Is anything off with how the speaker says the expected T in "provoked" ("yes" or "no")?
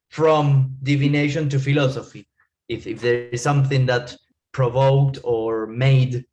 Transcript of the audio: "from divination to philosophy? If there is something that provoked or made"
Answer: no